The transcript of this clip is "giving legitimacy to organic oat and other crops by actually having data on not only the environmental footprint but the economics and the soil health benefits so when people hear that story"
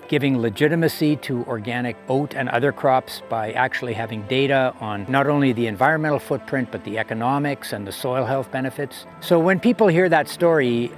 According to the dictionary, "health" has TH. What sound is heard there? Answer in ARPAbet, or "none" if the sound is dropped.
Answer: TH